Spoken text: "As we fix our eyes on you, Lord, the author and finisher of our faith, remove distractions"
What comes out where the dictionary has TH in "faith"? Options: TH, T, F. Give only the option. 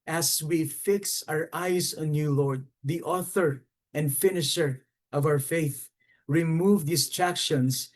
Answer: TH